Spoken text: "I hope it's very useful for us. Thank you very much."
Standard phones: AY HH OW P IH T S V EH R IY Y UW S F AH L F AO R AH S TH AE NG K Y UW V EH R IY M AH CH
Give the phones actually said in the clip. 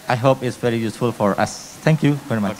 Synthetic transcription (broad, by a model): AY HH OW P IH T S V EH R IY Y UW S F AH L F AO R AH S T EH NG K Y UW V EH R IY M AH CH